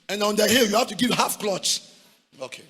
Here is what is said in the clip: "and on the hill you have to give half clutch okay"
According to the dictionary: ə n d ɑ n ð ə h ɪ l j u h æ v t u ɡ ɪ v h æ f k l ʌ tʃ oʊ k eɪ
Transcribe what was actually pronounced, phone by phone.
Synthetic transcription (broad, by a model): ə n ɑ n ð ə h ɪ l j u h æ f t u ɡ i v h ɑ f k l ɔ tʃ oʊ k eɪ